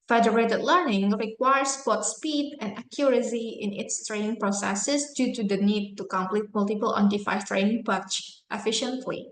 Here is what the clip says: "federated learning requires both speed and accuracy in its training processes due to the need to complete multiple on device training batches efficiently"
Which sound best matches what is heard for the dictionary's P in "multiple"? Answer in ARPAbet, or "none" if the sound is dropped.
P